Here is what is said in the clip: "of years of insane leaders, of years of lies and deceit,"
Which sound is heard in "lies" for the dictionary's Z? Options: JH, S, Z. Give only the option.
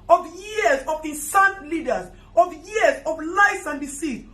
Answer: S